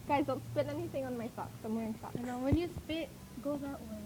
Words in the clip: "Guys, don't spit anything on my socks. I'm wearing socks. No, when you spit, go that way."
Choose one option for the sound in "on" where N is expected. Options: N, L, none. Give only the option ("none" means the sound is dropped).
N